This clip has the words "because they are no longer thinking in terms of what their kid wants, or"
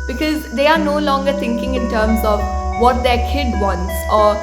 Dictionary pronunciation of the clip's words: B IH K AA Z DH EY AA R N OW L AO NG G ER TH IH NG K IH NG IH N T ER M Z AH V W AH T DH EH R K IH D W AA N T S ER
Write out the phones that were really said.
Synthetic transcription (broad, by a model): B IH K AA Z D EY AA R N OW L AO NG G ER T IH NG K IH NG IH N T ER M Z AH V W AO T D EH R K IH D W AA N T S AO